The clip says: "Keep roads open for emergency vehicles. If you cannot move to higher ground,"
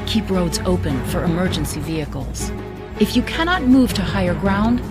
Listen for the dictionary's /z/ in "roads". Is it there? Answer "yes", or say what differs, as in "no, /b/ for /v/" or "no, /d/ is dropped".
yes